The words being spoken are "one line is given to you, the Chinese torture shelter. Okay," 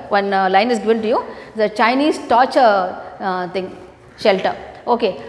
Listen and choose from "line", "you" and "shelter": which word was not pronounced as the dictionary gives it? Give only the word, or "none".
none